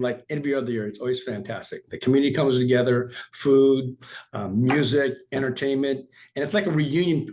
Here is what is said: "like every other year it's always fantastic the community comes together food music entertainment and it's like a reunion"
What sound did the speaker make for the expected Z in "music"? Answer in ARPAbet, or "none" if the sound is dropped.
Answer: Z